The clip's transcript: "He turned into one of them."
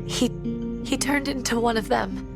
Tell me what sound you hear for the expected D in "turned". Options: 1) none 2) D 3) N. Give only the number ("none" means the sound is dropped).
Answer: 2